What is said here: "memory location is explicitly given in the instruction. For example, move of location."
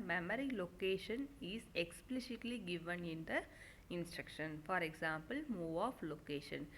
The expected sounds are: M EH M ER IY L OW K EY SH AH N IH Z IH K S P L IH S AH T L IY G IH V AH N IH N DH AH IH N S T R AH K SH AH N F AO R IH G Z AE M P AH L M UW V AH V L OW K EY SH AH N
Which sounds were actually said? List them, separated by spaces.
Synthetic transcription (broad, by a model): M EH M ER IY L OW K EY SH AH N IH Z IH K S P L IH S AH T L IY G IH V AH N IH N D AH IH N S T R AH K SH AH N F AO R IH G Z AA M P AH L M UW V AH F L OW K EY SH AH N